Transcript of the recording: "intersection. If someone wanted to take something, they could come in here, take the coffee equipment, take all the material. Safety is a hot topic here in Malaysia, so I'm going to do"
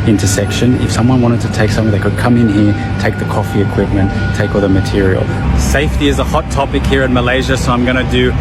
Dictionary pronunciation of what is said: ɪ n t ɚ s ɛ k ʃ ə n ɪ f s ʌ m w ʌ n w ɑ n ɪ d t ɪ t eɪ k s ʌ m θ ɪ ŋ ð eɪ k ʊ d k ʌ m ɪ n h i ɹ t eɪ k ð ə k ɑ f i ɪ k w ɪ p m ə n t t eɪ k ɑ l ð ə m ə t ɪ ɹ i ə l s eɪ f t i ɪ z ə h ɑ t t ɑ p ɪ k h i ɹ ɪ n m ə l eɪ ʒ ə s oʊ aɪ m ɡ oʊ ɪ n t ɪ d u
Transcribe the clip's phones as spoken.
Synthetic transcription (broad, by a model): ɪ n t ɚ s ɛ k ʃ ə n ɪ f s ʌ m w ʌ n w ɑ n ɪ d t ɪ t eɪ k s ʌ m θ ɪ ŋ ð eɪ k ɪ d k ʌ m ɪ n h i ɹ t eɪ k ð ə k ɑ f i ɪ k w ɪ p m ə n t t eɪ k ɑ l ð ə m ə t ɪ ɹ i ə l s eɪ f t i ɪ z ə h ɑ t t ɑ p ɪ k h i ɹ ɪ n m ə l eɪ ʒ ə s oʊ aɪ m ɡ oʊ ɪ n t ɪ d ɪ